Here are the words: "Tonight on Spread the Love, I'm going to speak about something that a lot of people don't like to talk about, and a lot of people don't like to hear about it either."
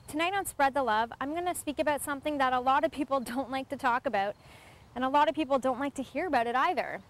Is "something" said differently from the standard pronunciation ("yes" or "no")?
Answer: no